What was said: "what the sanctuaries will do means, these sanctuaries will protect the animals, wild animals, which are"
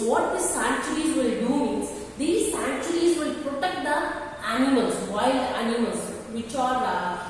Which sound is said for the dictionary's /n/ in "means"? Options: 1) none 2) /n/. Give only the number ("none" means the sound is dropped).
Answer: 1